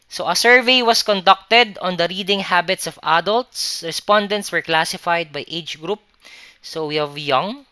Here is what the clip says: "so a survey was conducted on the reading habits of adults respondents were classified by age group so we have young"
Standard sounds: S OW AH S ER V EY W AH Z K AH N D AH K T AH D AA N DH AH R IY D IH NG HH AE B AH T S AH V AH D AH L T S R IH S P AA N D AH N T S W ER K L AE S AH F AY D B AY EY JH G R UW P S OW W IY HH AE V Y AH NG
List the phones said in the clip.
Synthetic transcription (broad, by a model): S OW AH S ER V EY W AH S K AH N D AH K T AH D AA N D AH R IY D IH NG HH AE B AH T S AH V AH D AH L T S R IH S P AA N D AH N T S W ER K L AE S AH F AY D B AY EY JH G R UW P S OW W IY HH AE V Y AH NG